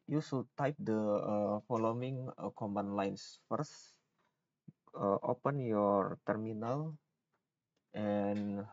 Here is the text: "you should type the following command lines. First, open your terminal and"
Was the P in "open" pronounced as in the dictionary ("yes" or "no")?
yes